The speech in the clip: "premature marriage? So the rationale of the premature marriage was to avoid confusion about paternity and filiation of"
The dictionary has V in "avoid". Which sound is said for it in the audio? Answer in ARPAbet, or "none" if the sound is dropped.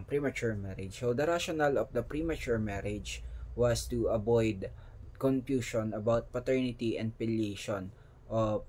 B